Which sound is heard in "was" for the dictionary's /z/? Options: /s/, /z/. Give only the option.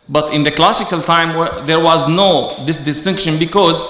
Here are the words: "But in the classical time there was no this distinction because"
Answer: /z/